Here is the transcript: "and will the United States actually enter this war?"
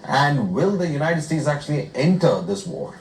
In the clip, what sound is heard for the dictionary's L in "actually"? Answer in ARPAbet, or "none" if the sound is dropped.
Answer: L